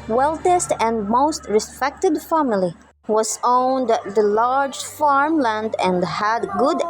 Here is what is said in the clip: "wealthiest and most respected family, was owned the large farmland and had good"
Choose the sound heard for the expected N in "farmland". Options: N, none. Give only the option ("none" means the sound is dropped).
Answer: N